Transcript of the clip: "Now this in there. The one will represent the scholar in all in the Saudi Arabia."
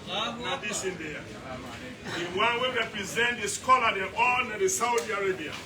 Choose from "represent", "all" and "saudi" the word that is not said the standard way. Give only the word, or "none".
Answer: all